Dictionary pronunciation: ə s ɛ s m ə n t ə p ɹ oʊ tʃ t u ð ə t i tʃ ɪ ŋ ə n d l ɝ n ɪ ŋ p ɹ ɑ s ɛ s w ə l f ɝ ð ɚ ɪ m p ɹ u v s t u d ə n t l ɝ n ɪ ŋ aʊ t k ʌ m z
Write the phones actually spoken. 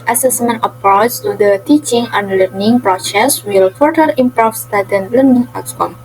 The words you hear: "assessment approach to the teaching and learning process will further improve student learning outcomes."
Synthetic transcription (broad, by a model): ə s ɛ s m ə n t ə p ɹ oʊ s t u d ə t i tʃ ɪ ŋ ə n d l ɝ n ɪ ŋ p ɹ ɑ s ɛ s w ə l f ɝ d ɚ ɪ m p ɹ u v s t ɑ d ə n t l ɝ n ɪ ŋ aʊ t k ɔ m